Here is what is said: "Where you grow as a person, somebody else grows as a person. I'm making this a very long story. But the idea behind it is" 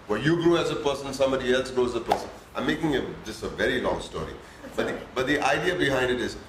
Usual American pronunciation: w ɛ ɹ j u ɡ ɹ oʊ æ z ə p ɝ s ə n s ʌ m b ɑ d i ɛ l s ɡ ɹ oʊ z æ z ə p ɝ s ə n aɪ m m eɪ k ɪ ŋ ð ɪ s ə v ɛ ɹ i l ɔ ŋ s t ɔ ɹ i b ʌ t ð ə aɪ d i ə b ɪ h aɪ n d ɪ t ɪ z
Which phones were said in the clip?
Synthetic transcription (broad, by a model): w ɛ j u ɡ ɹ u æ z ə p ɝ s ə n s ʌ m b ɑ d i ɛ l s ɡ ɹ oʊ æ z ə p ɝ s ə n aɪ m m eɪ k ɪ ŋ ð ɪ s ə v ɛ ɹ i l ɔ ŋ s t ɔ ɹ i b ʌ t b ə aɪ d i ə b ɪ h aɪ n d ɪ t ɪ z